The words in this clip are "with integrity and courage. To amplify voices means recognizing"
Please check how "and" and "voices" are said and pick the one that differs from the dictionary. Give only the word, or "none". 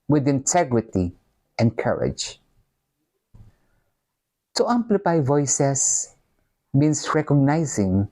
voices